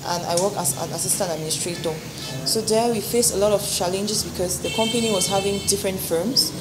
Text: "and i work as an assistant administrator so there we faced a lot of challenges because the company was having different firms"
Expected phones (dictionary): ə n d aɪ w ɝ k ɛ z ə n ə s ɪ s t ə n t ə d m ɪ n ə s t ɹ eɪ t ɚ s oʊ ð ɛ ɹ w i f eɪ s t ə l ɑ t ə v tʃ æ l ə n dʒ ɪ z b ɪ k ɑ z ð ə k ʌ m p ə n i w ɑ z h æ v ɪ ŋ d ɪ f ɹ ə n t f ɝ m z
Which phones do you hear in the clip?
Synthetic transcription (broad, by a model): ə n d aɪ w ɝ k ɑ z ə n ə s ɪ s t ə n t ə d m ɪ n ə s t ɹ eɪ t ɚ s oʊ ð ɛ w i f eɪ s ə l ɑ t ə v tʃ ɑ l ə n dʒ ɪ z b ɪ k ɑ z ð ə k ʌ m p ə n i w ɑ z h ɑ v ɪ ŋ d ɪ f ɹ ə n t f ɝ m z